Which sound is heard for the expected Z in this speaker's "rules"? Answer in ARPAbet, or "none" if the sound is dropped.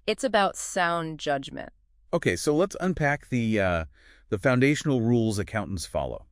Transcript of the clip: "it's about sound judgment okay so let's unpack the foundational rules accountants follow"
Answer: Z